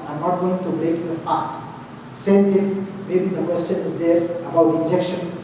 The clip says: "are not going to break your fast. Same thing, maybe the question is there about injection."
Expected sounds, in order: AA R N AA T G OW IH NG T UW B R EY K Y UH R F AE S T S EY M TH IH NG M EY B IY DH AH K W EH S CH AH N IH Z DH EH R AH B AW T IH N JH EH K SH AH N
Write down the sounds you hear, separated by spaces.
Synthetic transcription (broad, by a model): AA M N AA T G OW IH NG T UW B R EY K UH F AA S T S EY M T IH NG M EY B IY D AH K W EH S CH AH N IH Z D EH R AH B AW T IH N JH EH K SH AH N